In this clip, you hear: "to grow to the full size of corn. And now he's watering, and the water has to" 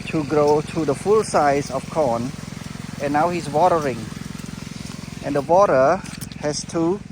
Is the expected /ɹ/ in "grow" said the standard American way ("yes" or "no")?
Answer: yes